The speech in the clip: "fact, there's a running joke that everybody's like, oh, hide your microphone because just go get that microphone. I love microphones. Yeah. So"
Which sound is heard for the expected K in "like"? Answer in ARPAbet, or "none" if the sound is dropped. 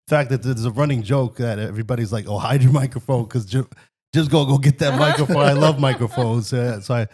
K